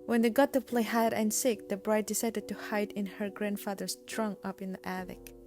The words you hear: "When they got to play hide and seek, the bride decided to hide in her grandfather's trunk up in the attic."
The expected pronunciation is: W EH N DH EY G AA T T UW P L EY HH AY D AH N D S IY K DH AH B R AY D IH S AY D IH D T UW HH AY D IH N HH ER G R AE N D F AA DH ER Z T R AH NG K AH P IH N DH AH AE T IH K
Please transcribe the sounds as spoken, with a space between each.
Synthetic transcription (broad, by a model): W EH N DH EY G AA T T UW P L EY HH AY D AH N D S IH K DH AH B R AY D IH S AY D IH D T UW HH AY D IH N HH ER G R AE N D F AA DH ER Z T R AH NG AH P IH N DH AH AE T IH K